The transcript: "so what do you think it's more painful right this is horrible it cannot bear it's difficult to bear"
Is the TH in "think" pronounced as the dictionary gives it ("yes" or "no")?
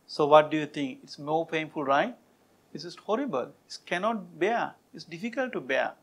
no